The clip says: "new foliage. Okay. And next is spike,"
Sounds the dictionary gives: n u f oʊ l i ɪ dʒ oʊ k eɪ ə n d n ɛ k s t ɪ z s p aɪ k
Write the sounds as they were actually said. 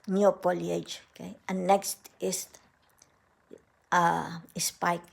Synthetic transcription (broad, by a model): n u p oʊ l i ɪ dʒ oʊ k eɪ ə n n ɛ k s t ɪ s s p aɪ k